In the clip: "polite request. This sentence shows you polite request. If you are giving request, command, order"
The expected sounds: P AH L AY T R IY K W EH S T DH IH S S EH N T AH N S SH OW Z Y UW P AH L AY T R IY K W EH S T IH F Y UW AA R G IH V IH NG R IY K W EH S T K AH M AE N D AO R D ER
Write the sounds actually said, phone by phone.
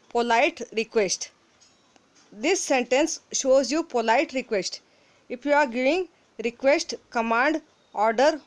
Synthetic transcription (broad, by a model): P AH L AY T R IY K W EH S T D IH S S EH N T AH N S SH OW Z Y UW P AH L AY T R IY K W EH S T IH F Y UW AA R G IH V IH NG R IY K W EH S T K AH M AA N D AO R D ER